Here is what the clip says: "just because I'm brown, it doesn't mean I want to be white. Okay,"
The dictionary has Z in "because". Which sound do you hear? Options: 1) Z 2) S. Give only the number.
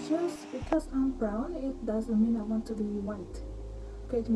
2